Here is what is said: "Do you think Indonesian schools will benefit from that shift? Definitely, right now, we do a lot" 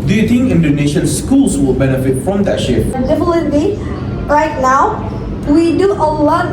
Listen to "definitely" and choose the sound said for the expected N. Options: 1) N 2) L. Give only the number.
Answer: 2